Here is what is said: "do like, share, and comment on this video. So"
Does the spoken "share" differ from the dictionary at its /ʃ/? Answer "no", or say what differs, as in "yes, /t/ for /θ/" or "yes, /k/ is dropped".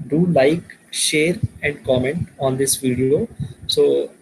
no